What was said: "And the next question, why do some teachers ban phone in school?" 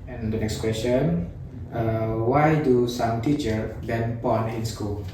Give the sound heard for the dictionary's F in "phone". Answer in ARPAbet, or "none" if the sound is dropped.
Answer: P